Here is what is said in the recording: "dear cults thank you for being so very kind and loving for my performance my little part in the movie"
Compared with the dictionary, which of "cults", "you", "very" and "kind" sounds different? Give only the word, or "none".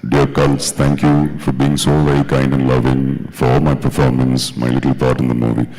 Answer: none